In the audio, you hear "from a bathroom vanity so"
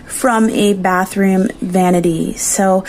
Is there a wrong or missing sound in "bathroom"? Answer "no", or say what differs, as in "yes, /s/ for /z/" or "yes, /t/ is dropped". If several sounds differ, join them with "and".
no